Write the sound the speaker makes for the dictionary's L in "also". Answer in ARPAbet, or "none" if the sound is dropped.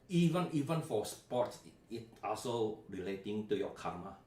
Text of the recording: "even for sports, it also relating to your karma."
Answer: L